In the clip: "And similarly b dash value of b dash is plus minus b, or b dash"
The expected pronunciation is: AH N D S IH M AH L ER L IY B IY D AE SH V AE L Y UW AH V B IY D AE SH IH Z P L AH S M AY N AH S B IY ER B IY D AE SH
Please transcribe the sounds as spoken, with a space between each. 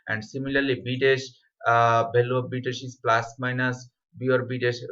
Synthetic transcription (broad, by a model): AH N D S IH M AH L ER L IY B IY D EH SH B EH L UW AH B IY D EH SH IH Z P L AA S M AY N AH S B IY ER B IY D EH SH